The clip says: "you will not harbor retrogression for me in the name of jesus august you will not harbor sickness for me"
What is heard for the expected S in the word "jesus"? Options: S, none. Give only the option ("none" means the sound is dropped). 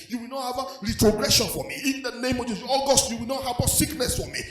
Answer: none